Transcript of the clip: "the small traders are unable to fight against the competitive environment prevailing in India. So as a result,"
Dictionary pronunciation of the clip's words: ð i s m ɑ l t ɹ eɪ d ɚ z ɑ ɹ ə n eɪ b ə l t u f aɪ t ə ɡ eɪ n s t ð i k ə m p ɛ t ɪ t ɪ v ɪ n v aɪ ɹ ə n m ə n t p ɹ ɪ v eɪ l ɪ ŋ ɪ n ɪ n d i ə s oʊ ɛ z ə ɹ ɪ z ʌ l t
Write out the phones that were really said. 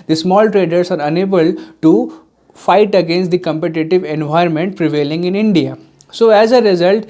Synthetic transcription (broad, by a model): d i s m ɑ l t ɹ eɪ d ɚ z ɑ ɹ ə n eɪ b ə l t u f aɪ t ə ɡ eɪ n s t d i k ə m p ɛ t ɪ t ɪ v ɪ n v aɪ ə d m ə n t p ɹ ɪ v eɪ l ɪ ŋ ɪ n ɪ n d i ə s oʊ ɛ z ə ɹ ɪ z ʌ l t